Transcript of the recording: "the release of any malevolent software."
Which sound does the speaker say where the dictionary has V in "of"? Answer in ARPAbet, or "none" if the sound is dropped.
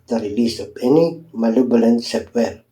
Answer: P